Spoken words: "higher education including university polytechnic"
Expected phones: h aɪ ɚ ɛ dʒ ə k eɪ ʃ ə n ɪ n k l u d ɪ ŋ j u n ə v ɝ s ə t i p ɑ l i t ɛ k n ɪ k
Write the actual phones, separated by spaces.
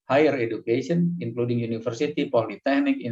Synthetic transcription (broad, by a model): h aɪ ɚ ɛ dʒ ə k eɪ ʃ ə n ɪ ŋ k l u d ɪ ŋ j u n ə f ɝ s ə t i p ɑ l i t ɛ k n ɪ k